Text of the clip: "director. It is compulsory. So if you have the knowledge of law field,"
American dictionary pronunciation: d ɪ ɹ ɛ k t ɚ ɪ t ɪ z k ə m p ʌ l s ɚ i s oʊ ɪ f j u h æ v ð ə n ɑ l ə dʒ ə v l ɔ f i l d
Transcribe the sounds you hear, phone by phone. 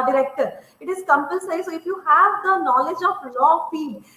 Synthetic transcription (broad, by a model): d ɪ ɹ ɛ k t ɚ ɪ t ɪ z k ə m p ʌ n s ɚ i s oʊ ɪ f j u h æ v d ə n ɑ l ə dʒ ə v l ɔ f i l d